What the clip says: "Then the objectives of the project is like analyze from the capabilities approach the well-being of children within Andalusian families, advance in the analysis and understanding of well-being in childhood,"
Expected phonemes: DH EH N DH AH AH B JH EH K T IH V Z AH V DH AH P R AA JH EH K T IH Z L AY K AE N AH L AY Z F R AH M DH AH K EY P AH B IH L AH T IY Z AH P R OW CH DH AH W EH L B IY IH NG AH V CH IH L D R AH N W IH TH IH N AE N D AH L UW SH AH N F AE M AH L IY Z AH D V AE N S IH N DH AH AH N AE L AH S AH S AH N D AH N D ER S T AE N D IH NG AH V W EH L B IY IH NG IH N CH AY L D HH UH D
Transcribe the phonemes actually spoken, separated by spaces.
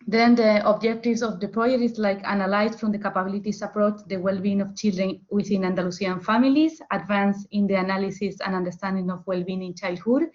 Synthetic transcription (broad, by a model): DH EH N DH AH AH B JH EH K T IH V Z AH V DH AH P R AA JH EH T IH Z L AY K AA N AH L AY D F R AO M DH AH K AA P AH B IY L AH T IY S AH P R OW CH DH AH W EH L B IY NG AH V CH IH L D R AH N W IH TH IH N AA N D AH L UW S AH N F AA M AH L IY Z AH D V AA N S IH N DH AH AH N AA L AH S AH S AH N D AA N D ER S T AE N D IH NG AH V W EH L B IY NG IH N CH AY L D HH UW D